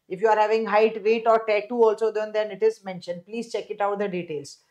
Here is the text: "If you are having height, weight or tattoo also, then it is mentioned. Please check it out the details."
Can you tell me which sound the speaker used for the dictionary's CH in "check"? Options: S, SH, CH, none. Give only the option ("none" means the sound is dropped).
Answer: CH